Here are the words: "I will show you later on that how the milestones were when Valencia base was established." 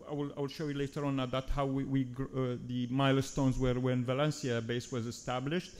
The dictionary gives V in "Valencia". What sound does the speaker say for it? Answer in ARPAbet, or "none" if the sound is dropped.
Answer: V